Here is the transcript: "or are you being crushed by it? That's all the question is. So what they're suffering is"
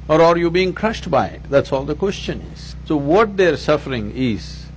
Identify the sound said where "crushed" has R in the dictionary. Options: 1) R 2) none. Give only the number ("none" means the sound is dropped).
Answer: 1